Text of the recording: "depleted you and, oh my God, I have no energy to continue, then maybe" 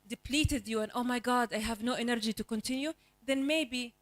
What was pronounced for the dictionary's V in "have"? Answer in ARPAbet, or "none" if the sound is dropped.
V